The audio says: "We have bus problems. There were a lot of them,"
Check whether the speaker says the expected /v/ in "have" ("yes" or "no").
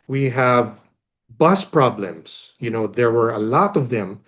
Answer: yes